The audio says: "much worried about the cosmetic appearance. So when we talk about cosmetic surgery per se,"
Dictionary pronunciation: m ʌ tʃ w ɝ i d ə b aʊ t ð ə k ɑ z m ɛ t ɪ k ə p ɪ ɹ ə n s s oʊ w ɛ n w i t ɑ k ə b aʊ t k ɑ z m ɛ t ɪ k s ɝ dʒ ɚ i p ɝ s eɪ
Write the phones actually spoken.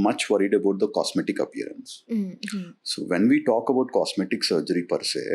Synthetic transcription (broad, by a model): m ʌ tʃ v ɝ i d ə b aʊ t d ə k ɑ s m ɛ t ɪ k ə p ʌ ɹ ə n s s oʊ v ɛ n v i t ɑ k ə b aʊ t k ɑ s m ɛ t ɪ k s ɝ dʒ ɚ i p ɝ s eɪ